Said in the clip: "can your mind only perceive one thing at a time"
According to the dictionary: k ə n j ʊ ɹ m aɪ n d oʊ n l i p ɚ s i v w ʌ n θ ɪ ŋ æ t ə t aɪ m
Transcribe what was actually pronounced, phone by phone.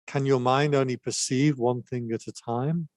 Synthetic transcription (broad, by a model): k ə n j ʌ m aɪ n d oʊ n l i p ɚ s i v w ʌ n θ ɪ ŋ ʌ t ə t aɪ m